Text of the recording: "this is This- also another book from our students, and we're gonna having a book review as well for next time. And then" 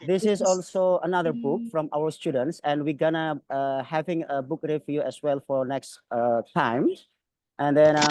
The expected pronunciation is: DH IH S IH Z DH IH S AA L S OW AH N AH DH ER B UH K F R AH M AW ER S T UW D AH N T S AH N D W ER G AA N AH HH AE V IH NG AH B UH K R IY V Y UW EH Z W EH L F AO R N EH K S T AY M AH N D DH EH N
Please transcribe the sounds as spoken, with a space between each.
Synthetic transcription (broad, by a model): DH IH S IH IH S AA L S OW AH N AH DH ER B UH K F R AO M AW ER S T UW D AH N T S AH N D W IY G AA N AH HH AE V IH NG AH B UH K R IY F Y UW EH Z W EH L F AO R N EH K S T AY M AH N D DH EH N